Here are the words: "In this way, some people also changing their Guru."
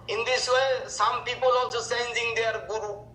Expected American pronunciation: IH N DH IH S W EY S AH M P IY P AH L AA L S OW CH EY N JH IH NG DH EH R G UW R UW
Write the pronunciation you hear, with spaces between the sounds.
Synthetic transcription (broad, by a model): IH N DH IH S W EY S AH M P IY P AH L AA L S OW S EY N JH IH NG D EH R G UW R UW